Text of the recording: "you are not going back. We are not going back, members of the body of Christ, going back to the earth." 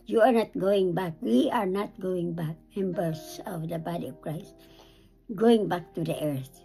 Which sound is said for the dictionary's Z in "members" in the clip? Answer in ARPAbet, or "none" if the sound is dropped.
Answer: S